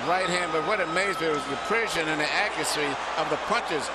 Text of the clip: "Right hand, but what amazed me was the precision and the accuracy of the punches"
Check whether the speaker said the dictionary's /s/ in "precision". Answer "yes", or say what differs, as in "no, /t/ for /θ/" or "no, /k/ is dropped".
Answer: no, /ʃ/ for /s/